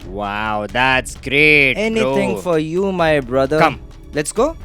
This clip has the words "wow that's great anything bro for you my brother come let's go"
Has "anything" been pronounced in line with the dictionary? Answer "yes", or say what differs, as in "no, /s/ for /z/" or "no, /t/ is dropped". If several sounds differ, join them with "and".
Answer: no, /t/ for /θ/